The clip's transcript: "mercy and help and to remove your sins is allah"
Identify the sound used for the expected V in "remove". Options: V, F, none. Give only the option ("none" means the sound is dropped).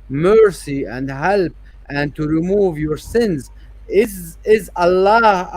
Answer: V